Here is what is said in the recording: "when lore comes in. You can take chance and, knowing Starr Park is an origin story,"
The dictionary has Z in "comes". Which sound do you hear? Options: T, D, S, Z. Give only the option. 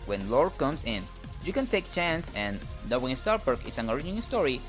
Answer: S